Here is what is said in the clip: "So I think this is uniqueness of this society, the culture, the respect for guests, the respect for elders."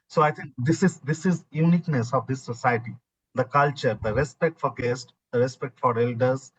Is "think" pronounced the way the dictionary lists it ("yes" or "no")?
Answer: no